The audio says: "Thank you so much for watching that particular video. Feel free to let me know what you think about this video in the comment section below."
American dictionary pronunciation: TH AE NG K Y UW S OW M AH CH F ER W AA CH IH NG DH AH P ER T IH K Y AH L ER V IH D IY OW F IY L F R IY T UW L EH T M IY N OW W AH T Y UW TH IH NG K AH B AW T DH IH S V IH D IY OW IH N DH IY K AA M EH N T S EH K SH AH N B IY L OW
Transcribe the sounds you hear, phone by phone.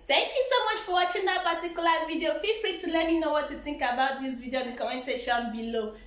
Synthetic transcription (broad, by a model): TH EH NG K Y UW S OW M AH CH F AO W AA CH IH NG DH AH P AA T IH K Y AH L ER V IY D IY OW F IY F R IY T UW L EH T M IY N OW W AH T Y UW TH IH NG K AH B AW T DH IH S V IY D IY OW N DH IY K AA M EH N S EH SH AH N B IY L OW